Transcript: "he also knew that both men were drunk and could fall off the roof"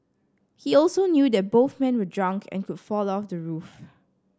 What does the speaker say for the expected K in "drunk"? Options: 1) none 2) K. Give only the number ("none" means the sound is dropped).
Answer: 2